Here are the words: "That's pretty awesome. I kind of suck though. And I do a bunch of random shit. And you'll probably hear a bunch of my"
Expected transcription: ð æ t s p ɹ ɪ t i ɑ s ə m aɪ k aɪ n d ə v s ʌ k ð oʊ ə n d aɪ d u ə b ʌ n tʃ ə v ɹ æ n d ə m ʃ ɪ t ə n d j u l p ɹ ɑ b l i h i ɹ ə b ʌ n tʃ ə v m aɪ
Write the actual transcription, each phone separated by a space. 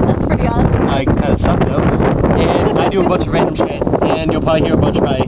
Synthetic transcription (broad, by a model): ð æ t s p ɹ ɪ t i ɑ ə ɪ k aɪ n d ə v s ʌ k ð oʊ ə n aɪ d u ə b ʌ n tʃ ə v ɹ æ n d ə m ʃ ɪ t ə n j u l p ɑ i h i ɹ ə b ʌ n tʃ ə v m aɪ